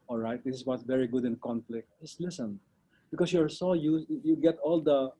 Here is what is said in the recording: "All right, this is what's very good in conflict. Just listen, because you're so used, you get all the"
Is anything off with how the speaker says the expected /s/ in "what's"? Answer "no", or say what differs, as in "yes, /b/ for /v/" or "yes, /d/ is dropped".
yes, /s/ is dropped